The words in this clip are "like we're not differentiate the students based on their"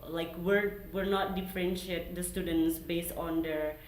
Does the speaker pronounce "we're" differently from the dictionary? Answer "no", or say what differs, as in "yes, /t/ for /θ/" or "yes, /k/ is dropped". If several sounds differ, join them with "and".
no